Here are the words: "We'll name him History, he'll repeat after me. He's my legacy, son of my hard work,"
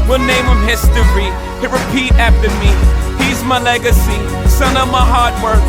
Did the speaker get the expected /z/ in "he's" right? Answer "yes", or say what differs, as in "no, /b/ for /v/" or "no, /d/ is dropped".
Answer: yes